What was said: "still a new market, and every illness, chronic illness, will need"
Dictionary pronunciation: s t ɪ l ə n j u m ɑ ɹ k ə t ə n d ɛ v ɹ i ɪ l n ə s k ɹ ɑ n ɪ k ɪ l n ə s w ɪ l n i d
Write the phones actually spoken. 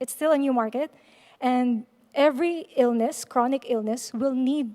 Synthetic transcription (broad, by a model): s t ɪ l ə n j u m ɑ ɹ k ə t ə n d ɛ v ɹ i ɪ l n ə s k ɹ ɑ n ɪ k ɪ l n ə s w ɪ l n i d